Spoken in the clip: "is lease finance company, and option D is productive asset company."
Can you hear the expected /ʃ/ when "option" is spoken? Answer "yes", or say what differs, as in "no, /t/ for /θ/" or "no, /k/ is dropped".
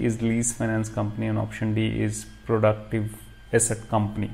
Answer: yes